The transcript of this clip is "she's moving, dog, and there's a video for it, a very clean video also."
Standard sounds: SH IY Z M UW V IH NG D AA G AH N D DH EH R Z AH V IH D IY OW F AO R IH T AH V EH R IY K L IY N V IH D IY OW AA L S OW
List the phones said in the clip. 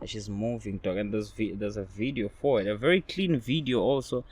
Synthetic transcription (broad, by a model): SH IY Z M UW V IH NG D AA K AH N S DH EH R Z AH V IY D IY OW F AO W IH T AH V EH R IY K L IY N V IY D IY OW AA L S OW